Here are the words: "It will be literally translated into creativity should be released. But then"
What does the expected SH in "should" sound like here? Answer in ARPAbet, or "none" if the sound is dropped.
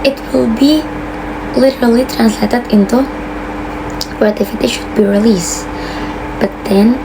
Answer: SH